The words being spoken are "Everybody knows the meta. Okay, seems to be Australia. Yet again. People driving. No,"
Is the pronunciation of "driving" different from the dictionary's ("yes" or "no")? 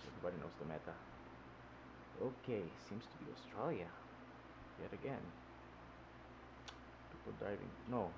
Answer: yes